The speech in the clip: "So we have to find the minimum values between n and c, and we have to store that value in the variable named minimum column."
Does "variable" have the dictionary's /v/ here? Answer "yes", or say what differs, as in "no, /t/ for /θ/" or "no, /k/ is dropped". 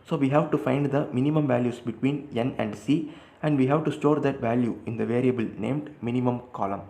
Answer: yes